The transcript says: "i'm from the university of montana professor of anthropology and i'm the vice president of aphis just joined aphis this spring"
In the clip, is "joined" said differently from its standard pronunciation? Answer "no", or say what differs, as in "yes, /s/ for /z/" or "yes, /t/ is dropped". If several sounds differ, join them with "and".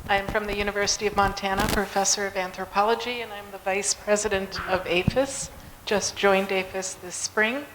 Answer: no